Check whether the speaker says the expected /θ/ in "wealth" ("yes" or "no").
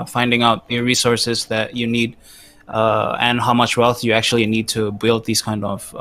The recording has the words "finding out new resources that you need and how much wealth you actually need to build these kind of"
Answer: yes